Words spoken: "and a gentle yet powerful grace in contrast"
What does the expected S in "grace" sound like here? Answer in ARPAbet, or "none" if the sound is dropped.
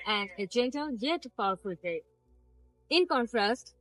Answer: none